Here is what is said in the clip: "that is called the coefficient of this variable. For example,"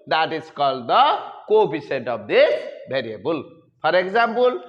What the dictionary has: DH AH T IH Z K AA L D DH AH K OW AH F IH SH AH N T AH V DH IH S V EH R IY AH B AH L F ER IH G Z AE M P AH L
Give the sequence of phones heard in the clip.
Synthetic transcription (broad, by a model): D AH T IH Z K AA L D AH K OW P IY S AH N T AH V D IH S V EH R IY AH B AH L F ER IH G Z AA M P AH L